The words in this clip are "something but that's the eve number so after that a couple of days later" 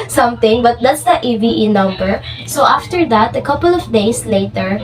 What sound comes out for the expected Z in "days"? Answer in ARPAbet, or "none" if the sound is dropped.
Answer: S